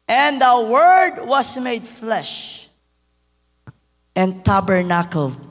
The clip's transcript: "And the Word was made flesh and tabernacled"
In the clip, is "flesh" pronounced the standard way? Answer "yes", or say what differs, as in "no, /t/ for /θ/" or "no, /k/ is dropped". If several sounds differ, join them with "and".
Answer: yes